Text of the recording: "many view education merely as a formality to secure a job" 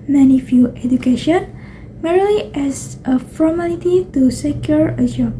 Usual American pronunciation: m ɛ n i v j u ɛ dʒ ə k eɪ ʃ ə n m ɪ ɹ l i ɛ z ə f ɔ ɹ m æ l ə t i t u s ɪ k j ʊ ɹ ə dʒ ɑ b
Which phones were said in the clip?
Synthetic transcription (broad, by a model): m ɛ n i f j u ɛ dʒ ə k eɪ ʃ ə n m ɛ ɹ l i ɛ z ə f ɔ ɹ m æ l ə t i t u s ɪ k j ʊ ɹ ə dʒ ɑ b